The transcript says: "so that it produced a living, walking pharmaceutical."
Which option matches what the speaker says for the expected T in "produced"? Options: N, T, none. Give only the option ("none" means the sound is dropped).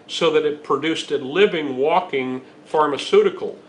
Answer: T